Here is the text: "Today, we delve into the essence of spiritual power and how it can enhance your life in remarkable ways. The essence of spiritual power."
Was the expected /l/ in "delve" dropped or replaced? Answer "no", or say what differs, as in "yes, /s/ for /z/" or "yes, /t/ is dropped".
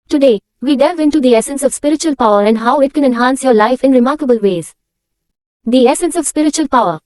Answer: yes, /l/ is dropped